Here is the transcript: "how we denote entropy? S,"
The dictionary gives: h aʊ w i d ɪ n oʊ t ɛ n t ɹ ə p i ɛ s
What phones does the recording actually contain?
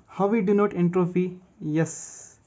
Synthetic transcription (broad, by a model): h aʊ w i d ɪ n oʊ t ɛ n t ɹ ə f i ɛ s